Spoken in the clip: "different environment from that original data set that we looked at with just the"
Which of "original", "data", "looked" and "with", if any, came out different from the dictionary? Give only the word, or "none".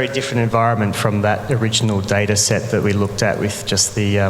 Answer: none